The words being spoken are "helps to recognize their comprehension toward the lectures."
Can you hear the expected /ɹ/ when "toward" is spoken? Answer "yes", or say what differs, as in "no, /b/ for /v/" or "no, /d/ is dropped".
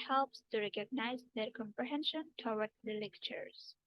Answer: no, /w/ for /ɹ/